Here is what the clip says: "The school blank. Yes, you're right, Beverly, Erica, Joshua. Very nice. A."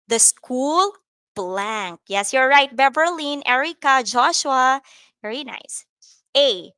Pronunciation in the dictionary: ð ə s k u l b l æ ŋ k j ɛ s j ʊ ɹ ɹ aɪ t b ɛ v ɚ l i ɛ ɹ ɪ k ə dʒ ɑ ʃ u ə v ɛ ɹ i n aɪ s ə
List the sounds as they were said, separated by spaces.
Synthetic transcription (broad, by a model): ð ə s k u l b l æ ŋ k j ɛ s j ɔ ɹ ɹ aɪ t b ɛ b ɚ l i ɛ ɹ ɪ k ə dʒ ɑ ʃ u ə v ɛ ɹ i n aɪ s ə